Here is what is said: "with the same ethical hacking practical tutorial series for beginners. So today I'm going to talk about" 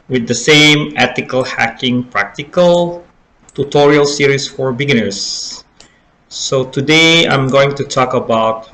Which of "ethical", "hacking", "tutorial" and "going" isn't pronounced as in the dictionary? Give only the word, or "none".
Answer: ethical